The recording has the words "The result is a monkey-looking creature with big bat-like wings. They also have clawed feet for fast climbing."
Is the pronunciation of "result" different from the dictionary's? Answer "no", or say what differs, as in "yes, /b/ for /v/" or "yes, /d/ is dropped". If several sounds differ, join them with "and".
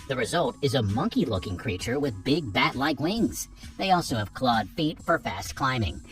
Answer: no